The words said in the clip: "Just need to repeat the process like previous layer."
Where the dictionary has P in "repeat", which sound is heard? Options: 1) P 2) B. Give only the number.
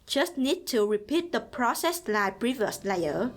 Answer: 1